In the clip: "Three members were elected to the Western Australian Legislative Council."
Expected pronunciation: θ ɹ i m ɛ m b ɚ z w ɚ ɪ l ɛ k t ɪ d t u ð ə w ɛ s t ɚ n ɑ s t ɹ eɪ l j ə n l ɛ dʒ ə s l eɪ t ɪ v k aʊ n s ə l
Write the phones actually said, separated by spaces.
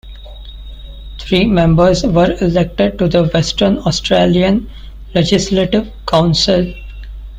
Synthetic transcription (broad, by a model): t ɹ i m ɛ m b ɚ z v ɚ ɪ l ɛ k t ɪ d t u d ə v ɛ s t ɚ n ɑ s t ɹ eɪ l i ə n l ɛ dʒ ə s l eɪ t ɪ v k aʊ n s ə l